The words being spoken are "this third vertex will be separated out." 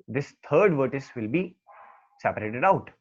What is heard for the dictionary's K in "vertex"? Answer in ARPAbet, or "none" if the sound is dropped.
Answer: none